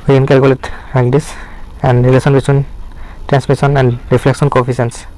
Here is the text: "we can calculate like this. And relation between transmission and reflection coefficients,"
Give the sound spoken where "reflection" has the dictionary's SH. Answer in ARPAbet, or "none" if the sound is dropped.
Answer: S